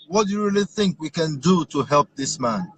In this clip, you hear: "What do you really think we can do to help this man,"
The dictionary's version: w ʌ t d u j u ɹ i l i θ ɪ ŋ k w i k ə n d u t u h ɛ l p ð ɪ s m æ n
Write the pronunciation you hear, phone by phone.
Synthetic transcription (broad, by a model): w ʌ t d u j u ɹ i l i θ ɪ ŋ k w i k ə n d u t u h ɛ l p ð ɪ s m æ n